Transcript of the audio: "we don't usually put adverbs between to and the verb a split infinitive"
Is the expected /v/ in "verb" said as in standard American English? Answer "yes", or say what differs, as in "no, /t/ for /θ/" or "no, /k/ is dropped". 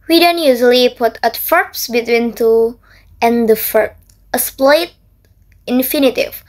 no, /f/ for /v/